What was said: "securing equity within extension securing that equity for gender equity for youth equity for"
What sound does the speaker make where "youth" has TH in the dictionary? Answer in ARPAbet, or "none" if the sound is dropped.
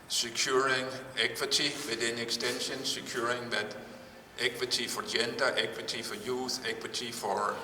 S